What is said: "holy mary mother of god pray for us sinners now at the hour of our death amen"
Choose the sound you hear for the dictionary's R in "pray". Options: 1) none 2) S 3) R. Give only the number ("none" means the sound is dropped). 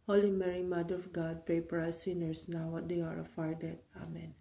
1